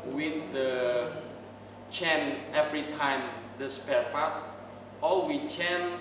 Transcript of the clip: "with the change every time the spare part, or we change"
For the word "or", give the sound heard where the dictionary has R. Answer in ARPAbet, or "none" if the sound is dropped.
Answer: L